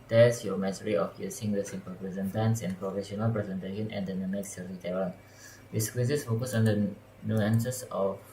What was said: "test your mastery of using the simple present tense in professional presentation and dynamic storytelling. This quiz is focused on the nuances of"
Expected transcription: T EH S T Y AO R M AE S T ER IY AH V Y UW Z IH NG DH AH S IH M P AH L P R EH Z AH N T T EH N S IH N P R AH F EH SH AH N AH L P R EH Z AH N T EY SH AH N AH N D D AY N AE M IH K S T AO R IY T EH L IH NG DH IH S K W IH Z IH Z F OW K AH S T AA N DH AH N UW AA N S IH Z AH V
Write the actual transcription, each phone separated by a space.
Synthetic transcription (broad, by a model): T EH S Y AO M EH T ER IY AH F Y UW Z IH NG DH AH S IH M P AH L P R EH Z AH N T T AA N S IH N P R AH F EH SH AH N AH L P R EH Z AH N T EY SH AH N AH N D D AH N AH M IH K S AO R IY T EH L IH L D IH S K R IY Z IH S F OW K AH S AA N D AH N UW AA N S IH S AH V